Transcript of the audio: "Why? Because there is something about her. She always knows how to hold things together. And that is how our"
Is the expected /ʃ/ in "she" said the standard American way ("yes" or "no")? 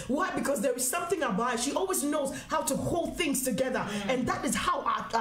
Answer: yes